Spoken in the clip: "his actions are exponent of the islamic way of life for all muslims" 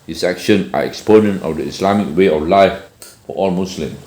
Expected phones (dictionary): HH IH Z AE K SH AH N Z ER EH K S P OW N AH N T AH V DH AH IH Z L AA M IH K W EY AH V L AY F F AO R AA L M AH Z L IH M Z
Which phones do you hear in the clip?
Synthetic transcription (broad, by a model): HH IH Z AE K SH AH N AA EH K S P OW N AH N T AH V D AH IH S L AA M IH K W EY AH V L AY F F AO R AA L M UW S L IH M